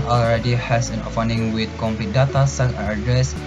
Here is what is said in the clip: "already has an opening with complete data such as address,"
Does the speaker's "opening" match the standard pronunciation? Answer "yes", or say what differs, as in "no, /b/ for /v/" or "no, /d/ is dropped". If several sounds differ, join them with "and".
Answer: no, /f/ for /p/